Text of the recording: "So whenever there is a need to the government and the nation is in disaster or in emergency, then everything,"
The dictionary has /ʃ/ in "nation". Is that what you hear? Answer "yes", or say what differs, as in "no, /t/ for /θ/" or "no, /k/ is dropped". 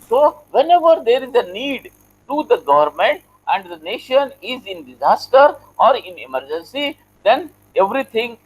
yes